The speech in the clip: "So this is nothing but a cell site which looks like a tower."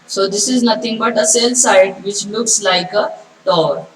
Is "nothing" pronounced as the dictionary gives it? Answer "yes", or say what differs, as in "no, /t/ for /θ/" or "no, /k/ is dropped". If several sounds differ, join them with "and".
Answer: no, /t/ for /θ/